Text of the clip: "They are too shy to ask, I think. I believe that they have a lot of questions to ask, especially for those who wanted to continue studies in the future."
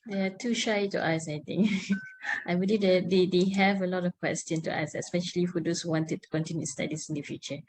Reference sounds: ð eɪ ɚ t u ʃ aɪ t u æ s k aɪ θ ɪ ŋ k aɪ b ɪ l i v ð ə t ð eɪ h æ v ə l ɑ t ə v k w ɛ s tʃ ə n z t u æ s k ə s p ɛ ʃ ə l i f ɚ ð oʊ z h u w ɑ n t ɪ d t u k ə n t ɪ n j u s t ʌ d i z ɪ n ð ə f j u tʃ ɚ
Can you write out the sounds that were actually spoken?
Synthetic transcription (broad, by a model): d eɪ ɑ t u ʃ aɪ t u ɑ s aɪ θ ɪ ŋ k aɪ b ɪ l i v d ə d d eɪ h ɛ v ə l ɑ t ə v k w ɛ s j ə n t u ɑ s ə s p ɛ ʃ ə l i f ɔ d oʊ s h u w ɑ n t ɪ d t u k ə n t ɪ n j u s t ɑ d i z ɪ n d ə f j u tʃ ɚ